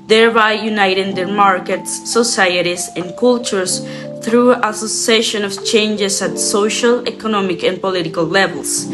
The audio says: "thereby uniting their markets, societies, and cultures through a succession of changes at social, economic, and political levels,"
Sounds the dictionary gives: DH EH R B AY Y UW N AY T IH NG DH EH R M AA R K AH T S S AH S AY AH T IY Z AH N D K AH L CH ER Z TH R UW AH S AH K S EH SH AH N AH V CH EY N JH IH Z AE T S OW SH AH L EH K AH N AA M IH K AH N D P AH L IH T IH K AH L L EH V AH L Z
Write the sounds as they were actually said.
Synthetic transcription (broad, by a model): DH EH R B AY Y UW N AY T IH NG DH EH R M AA R K AH T S S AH S AY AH T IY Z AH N K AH L CH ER S TH R UW AH S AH S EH SH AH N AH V CH EY N JH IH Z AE T S OW SH AH L EH K AH N AA M IH K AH N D P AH L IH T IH K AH L L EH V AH L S